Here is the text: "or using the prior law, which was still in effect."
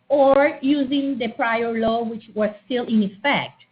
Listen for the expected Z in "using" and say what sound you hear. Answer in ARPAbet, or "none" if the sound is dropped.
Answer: Z